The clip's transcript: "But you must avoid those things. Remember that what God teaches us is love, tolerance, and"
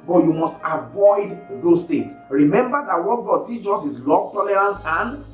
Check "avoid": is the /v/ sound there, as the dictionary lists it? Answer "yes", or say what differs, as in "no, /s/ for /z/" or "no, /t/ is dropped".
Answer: yes